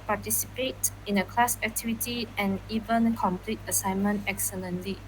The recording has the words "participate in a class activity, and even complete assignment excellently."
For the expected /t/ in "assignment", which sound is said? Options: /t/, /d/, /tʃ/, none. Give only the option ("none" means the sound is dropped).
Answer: /t/